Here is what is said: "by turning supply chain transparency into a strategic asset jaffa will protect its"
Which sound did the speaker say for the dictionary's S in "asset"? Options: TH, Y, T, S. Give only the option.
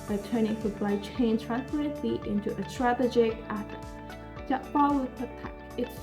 TH